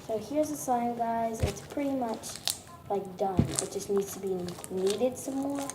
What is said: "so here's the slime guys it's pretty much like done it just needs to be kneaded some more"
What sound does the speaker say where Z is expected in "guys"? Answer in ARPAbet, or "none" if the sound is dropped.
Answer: Z